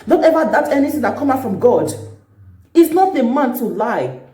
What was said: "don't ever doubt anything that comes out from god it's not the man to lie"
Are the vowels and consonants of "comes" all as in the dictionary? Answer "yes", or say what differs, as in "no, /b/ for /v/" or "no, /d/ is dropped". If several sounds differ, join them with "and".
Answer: no, /z/ is dropped